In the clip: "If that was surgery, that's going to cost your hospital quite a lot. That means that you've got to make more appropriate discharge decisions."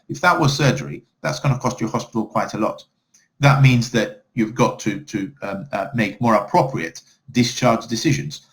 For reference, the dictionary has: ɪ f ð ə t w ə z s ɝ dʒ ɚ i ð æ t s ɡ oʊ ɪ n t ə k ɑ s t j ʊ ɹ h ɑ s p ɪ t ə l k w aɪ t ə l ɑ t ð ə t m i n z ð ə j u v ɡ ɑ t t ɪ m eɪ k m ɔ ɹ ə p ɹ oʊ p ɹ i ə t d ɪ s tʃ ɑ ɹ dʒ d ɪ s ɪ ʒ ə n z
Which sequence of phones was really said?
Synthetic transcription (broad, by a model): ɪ f ð ə t w ə z s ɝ dʒ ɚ i ð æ t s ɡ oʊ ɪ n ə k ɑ s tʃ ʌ ɹ h ɑ s p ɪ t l k w aɪ t ə l ɑ t ð ə t m i n z ð ə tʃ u v ɡ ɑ t t ɪ m eɪ k m ɔ ɹ ə p ɹ oʊ p ɹ i ə t d ɪ s tʃ ɑ ɹ dʒ d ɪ s ɪ ʒ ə n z